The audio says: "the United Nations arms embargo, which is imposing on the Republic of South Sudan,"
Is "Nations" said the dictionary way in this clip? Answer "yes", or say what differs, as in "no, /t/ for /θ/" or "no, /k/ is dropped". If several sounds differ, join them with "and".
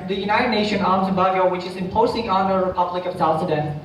no, /z/ is dropped